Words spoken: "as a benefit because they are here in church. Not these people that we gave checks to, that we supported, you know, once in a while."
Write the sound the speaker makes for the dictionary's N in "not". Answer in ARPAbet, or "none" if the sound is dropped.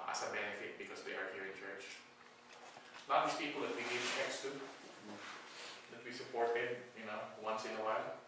L